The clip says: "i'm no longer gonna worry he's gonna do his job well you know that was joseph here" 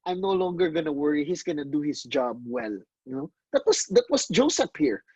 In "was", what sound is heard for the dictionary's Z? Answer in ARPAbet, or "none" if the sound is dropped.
S